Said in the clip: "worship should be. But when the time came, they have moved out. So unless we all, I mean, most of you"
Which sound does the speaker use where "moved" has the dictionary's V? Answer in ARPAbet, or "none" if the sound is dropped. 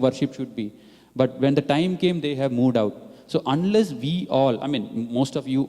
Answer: V